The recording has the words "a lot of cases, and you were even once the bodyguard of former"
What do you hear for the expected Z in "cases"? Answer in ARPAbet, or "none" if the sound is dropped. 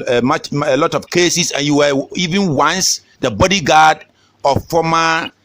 S